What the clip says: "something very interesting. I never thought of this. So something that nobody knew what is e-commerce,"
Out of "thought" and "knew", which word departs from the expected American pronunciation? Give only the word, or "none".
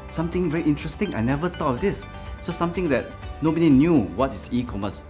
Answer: thought